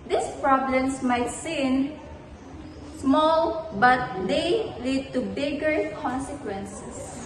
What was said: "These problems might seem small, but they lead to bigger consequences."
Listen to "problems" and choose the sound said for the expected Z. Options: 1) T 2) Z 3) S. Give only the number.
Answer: 3